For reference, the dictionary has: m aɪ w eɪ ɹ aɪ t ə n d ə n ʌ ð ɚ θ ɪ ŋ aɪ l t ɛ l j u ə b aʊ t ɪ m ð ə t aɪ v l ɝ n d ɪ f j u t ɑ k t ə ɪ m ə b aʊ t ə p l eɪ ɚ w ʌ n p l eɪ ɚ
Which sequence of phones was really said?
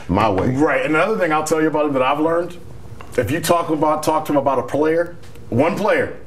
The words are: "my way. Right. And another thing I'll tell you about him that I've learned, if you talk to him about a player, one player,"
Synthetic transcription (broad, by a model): m aɪ w eɪ ɹ aɪ t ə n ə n ʌ ð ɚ θ ɪ ŋ aɪ l t ɛ l j ə b aʊ t ɪ m ð ə t aɪ v l ɝ n d ɪ f j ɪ t ɑ k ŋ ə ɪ m ə b aʊ t ə p l eɪ ɚ w ʌ n p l eɪ ɚ